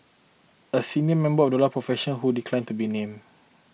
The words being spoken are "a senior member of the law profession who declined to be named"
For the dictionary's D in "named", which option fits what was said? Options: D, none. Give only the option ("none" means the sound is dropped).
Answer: none